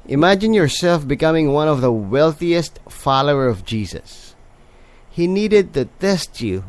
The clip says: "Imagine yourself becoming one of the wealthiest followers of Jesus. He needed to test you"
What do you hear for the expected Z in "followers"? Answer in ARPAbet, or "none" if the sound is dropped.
none